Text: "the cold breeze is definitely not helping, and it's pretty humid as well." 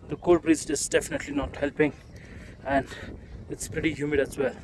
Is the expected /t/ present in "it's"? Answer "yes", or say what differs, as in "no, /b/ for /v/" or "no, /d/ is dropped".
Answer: yes